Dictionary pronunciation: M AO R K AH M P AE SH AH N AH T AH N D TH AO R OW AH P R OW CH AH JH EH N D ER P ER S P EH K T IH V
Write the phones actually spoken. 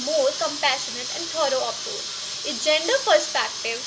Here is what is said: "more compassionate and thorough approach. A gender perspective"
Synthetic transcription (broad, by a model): M AO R K AH M P AE SH AH N AH T AH N D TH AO R OW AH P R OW AH JH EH N D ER P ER S P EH K T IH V